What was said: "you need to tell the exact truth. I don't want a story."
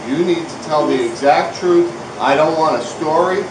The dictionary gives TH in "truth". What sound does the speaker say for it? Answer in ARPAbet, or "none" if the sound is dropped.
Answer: TH